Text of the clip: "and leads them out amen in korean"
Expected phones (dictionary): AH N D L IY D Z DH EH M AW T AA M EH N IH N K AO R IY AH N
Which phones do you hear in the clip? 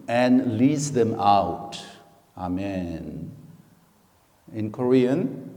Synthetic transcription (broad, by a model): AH N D L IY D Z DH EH M AW T AA M EH N IH N K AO R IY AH N